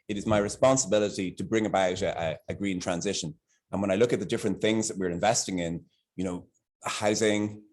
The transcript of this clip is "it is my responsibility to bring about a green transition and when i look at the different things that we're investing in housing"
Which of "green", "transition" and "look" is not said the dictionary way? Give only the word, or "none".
none